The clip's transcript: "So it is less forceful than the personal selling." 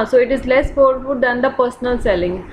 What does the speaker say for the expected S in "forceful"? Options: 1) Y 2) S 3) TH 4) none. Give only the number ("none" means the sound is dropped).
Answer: 4